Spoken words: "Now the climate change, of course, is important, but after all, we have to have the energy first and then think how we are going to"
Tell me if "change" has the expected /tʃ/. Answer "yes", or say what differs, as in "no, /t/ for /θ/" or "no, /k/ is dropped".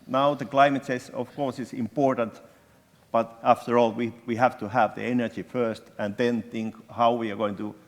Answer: no, /s/ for /tʃ/